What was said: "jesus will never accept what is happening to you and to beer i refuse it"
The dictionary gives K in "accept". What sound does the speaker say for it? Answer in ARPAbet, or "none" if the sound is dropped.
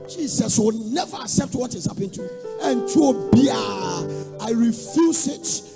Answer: K